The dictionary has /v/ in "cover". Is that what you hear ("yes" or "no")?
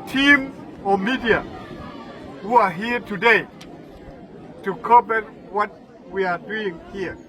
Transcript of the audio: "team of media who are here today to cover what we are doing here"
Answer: no